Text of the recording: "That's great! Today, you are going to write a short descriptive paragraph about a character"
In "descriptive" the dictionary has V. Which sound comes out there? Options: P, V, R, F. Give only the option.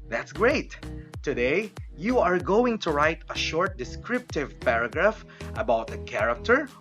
V